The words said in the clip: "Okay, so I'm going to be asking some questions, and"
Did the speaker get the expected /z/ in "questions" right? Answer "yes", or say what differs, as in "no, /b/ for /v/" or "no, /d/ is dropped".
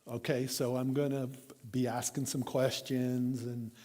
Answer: yes